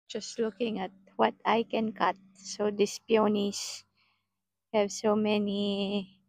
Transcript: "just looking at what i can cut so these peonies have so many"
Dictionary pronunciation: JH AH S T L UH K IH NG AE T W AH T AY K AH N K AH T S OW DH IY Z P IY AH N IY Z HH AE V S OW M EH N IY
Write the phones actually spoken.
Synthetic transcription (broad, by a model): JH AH S T L UH K IH NG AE T W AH T AY K AH N K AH T S OW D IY S P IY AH N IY S HH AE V S OW M EH N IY